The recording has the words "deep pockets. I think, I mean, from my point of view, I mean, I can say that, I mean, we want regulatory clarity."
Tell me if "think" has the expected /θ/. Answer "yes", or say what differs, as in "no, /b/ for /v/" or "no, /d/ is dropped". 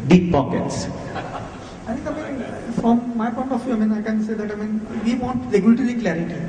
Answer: no, /t/ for /θ/